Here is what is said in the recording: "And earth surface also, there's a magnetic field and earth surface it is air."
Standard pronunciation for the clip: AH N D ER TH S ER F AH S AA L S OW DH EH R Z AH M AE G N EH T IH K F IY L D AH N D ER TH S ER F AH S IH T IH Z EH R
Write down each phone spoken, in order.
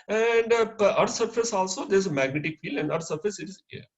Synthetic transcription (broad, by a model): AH N D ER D S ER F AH S AA L S OW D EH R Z AH M AE G N EH T IH K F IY L AH N D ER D S ER F AH S IH T IH Z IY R